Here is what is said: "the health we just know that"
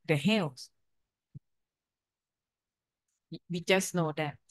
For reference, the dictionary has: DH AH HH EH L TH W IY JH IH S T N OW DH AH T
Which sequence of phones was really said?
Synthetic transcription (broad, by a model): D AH HH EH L S W IY JH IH S N OW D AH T